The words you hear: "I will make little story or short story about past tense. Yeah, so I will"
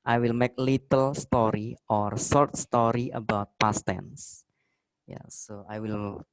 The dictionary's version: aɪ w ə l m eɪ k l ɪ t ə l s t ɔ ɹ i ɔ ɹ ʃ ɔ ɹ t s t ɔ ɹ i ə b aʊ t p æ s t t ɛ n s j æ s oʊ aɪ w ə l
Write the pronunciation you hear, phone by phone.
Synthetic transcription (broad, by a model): aɪ w ə l m eɪ k l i t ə l s t ɔ ɹ i ɔ ɹ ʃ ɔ ɹ t s t ɔ ɹ i ə b aʊ t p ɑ s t t ɛ n s j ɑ s oʊ aɪ w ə l